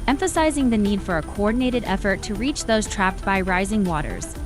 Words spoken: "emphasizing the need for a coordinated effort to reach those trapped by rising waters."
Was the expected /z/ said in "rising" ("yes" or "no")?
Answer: yes